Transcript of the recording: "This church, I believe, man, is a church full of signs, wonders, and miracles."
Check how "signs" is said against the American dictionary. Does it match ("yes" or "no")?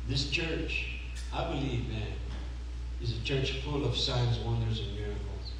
yes